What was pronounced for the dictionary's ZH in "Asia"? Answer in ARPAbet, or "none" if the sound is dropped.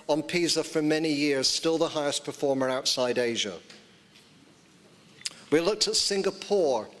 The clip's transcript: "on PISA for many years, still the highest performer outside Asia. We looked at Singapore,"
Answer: ZH